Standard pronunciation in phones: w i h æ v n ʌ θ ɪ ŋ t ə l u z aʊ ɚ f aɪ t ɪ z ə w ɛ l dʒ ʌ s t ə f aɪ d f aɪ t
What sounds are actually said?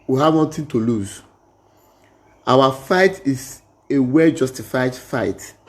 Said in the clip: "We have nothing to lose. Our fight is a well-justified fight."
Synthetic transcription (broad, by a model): w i h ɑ v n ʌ t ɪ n t ə l u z aʊ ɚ f aɪ t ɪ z ə w ɛ l dʒ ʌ s t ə f aɪ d f aɪ t